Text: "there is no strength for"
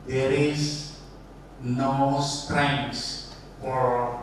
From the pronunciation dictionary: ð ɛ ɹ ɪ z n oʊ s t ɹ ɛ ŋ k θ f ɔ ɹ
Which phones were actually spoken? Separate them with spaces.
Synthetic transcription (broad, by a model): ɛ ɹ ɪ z n oʊ s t ɹ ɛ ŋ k s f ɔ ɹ